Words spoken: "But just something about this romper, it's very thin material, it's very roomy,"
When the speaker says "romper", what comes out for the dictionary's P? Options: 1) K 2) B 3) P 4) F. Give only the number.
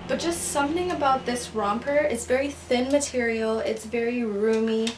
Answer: 3